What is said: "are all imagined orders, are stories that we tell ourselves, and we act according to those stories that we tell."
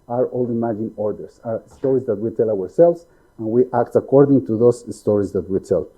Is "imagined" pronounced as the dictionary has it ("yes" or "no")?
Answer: no